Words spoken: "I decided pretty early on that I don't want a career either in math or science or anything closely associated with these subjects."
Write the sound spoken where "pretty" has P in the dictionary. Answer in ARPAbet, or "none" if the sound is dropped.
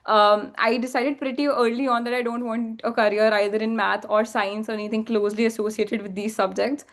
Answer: P